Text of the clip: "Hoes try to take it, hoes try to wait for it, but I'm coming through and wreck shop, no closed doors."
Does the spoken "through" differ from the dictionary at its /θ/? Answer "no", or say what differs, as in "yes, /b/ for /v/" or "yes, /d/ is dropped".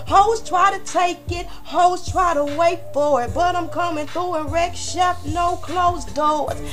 no